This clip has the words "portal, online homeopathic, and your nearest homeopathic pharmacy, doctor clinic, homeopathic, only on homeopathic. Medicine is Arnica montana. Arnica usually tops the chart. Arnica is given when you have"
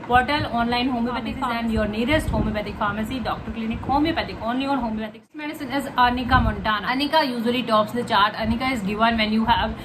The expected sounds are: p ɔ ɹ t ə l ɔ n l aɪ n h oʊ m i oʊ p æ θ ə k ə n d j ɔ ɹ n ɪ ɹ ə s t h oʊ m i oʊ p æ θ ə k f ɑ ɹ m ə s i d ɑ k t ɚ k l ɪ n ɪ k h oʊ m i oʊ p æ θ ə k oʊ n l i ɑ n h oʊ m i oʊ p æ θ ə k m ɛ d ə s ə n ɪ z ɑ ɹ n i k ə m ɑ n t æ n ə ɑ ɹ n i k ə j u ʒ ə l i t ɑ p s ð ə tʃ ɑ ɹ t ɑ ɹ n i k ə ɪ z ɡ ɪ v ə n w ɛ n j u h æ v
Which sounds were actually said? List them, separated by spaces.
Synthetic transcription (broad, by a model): p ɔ ɹ t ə l ɔ n l aɪ n h oʊ m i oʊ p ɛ t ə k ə n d j ɔ ɹ n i ɹ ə s t h oʊ m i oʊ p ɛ t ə k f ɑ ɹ m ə s i d ɑ k t ɚ k l ɪ n ɪ k h oʊ m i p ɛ t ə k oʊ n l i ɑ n h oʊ m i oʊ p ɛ t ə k m ɛ d ə s ə n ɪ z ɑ n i k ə m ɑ n t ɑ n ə n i k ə j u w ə l i t ɑ p s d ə tʃ ɑ ɹ t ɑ n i k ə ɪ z ɡ ɪ v ə n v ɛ n j u h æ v